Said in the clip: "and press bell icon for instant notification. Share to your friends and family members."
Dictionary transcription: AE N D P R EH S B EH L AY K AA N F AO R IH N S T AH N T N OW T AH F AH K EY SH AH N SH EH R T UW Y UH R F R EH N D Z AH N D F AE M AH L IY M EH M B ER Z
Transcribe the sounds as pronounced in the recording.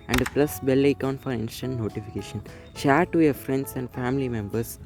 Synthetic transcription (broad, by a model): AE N D P L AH S B EH L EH K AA N F AO R IH N S T AH N T N OW T AH F AH K EY SH AH N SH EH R T UW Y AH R F R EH N D S AH N D F AE M AH L IY M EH M B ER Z